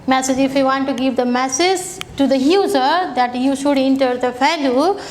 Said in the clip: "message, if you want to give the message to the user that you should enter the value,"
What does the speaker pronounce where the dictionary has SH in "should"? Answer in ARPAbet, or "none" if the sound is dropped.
SH